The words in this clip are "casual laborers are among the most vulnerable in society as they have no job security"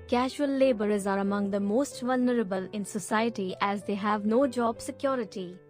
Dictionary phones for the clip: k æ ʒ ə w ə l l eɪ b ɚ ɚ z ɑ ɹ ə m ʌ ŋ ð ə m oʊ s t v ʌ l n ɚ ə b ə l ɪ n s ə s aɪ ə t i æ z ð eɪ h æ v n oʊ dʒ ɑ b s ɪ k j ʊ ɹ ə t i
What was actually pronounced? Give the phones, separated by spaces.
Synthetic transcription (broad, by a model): k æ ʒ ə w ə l l eɪ b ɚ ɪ z ɑ ɹ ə m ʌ ŋ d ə m oʊ s t v ʌ l n ɚ ə b ə l ɪ n s ə s aɪ ə t i æ z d eɪ h æ v n oʊ dʒ ɑ b s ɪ k j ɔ ɹ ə t i